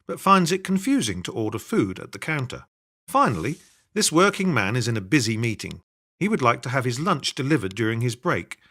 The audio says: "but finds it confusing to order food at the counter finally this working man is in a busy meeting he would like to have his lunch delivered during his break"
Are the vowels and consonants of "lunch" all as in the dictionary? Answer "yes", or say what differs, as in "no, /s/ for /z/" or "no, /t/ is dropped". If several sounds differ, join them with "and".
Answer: yes